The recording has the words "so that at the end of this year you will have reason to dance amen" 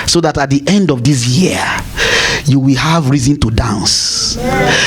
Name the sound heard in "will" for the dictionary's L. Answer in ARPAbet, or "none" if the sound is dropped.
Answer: L